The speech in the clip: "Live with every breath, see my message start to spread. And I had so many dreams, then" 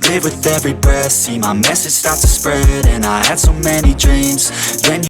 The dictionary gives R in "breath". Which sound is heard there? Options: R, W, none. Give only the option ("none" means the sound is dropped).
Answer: none